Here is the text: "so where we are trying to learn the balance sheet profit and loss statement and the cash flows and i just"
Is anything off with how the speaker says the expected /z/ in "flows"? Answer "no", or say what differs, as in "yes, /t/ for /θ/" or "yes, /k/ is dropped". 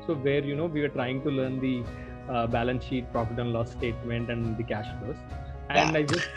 yes, /s/ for /z/